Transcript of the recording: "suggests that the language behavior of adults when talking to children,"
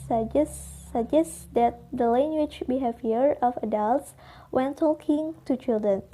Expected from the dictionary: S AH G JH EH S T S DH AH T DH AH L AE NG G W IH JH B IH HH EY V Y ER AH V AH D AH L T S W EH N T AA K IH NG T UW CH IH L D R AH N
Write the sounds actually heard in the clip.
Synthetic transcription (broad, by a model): S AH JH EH S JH S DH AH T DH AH L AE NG G W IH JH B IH HH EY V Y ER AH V AH D AH L T S W EH N T AA K IH NG T UW CH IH L D R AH N